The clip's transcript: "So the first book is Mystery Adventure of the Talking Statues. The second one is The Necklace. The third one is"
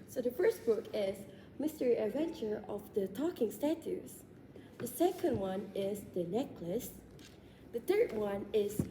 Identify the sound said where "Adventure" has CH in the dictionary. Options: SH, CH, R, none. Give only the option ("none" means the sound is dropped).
CH